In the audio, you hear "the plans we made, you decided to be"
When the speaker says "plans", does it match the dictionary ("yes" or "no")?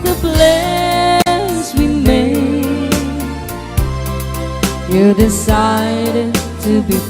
no